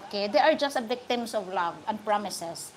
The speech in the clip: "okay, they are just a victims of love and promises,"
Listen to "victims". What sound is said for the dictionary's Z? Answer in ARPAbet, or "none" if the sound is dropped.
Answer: S